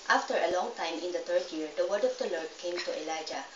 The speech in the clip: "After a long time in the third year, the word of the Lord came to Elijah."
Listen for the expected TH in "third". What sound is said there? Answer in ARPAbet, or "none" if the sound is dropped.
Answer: T